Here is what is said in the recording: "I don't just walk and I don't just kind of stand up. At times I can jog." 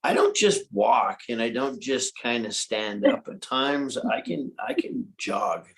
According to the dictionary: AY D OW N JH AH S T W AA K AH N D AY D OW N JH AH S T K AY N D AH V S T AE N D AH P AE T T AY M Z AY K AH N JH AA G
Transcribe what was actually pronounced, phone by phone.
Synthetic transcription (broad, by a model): AY D OW N JH AH S T W AA K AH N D AY D OW N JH AH S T K AY N D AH S T AE N D AH P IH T T AY M Z AY K AH N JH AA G